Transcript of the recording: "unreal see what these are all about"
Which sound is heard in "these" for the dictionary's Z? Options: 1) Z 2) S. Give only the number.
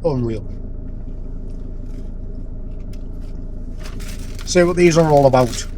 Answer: 1